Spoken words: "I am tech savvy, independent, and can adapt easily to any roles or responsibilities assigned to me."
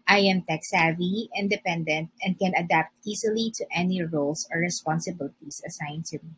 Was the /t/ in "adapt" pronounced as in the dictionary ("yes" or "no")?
yes